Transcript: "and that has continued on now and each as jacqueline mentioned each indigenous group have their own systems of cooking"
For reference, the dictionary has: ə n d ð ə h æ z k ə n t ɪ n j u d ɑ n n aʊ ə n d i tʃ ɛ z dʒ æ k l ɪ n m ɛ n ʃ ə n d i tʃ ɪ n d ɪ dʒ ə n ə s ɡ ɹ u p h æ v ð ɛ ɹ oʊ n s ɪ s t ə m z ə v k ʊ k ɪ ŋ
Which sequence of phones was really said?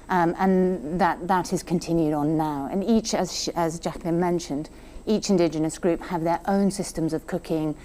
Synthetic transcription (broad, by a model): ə n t ð ə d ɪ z k ə n t ɪ n j u d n n aʊ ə n i tʃ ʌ z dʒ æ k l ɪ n m ɛ n ʃ ə n d i tʃ ɪ n d ɪ dʒ ə n ə s ɡ ɹ u p h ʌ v ð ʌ ɹ oʊ n s ɪ s t ə m z ə v k ʊ k ɪ ŋ